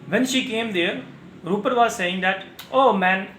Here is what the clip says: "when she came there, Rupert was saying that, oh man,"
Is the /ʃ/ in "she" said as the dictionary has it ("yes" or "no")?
yes